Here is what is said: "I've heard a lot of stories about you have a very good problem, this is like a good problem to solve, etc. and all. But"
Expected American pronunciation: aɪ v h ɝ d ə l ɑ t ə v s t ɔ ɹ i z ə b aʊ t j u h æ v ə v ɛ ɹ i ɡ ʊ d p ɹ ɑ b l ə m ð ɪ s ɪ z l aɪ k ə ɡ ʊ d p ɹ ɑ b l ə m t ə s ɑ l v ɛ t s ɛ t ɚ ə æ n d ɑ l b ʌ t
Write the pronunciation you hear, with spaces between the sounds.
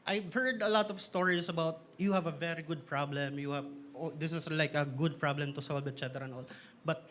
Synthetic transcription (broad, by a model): aɪ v h ɝ d ə l ɑ t ə v s t ɔ ɹ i s ə b aʊ t j u h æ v ə v ɛ ɹ i ɡ ʊ d p ɹ ɑ b l ə m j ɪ s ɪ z l aɪ k ə ɡ ʊ d p ɹ ɑ b l ə m t ə s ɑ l b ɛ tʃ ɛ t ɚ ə n ɑ l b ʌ t